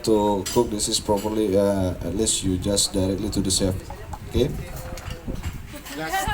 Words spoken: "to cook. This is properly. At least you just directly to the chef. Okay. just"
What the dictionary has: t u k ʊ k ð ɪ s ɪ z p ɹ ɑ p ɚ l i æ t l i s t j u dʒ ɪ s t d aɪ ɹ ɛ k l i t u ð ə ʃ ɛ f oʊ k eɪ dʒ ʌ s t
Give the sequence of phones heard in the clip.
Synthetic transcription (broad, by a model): t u k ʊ k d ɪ s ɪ s p ɹ ɑ p ɚ l i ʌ t l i s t j u dʒ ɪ s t d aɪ ɹ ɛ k l i t u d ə s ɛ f oʊ k eɪ